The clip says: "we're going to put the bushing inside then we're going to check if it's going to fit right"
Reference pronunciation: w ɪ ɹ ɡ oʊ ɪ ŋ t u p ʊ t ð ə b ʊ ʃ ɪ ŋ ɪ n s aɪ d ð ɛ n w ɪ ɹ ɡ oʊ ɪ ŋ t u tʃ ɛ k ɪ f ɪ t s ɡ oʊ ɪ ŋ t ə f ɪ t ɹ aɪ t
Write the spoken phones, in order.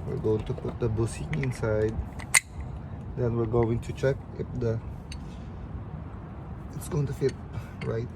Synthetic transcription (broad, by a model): w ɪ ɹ ɡ oʊ ɪ ŋ t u p ʊ t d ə b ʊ s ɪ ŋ ɪ n s aɪ d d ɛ n w ɪ ɹ ɡ oʊ ɪ ŋ t u tʃ ɛ k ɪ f ɪ t s ɡ oʊ ɪ ŋ t ə f ɪ t ɹ aɪ t